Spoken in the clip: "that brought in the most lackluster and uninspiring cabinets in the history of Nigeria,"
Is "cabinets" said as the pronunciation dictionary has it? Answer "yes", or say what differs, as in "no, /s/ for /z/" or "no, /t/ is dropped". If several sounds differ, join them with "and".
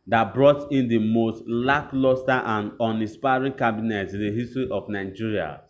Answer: no, /s/ is dropped